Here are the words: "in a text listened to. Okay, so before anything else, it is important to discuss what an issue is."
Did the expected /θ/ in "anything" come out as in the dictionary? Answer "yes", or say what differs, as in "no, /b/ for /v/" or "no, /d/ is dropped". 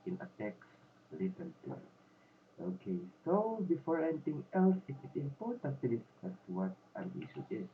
no, /t/ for /θ/